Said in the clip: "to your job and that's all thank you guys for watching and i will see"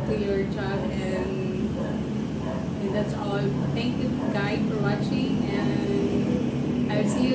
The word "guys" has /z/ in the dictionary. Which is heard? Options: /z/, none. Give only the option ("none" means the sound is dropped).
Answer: none